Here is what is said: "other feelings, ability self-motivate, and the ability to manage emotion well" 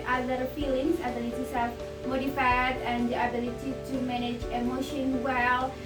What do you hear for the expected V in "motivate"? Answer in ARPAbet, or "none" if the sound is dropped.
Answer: F